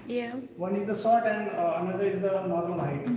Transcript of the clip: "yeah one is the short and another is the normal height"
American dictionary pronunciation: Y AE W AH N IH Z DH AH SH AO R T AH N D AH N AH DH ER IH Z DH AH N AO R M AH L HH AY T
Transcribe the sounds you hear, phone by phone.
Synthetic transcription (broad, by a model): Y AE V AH N IH Z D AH S AO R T AH N D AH N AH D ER IH Z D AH N AO R M AH L HH AY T